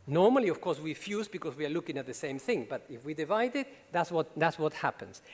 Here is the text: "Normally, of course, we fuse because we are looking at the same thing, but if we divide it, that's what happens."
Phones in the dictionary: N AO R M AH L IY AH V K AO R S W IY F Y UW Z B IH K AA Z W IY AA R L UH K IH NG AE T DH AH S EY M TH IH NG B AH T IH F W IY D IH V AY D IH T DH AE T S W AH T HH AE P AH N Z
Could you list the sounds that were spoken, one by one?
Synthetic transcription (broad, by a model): N AO R M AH L IY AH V K AO R S W IY F Y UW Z B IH K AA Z W IY AA R L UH K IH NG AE T DH AH S EY M TH IH NG B AH T IH F W IY D IH V AY D IH T DH AE T S W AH T HH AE P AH N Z